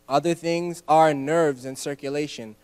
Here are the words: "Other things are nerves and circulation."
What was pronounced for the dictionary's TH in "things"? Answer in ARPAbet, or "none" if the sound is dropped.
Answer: TH